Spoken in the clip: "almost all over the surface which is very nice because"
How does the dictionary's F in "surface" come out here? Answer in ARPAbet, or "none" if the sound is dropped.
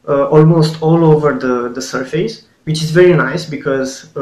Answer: F